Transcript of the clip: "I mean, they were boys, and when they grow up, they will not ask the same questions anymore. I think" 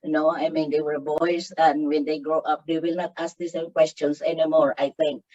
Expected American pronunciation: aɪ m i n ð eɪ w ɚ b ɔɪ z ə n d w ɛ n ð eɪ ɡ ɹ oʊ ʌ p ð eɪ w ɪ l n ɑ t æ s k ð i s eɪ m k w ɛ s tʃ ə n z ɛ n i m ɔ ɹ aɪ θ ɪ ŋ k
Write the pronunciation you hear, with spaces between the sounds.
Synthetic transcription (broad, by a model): aɪ m i n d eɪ w ɚ b ɔɪ s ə n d w ɛ n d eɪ ɡ ɹ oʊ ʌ p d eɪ w ɪ l n ɑ t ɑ s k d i s eɪ m k w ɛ s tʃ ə n s ɛ n i m ɔ ɹ aɪ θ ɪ ŋ k